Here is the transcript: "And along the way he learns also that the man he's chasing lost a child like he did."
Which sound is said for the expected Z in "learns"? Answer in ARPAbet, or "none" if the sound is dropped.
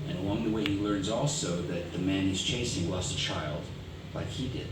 Z